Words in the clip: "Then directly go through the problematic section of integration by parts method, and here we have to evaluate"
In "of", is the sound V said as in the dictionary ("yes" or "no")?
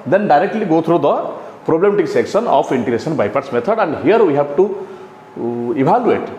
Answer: no